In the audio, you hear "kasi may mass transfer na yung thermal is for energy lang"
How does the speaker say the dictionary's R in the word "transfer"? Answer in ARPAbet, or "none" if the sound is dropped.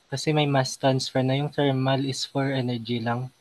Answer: none